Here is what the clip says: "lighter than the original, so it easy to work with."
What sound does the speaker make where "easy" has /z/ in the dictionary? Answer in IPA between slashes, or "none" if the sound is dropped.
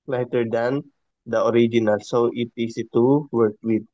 /s/